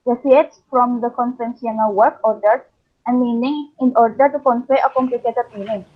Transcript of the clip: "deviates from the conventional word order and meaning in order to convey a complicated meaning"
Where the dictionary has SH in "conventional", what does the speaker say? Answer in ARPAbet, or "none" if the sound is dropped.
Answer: S